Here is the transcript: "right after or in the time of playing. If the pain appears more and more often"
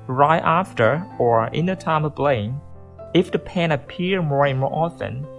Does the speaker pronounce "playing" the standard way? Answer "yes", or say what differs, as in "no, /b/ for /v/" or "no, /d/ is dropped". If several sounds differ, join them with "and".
no, /b/ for /p/